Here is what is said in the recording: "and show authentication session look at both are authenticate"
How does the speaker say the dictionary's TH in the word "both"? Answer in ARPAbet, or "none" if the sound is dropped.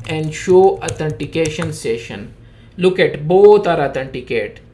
T